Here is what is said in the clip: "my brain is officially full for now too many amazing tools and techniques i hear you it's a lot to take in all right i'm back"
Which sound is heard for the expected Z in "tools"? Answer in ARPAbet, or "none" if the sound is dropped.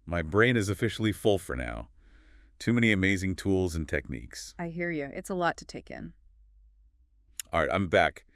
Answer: Z